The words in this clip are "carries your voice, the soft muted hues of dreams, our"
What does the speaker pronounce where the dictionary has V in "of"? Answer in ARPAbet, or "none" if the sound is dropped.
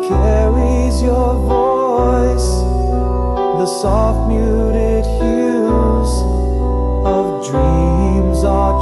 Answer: V